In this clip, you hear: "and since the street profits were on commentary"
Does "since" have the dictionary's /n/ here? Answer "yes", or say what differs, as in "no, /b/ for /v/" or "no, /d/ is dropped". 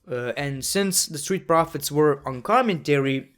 yes